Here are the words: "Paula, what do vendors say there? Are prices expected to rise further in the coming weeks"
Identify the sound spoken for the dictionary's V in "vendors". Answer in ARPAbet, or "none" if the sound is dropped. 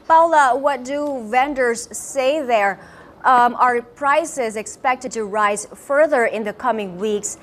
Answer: V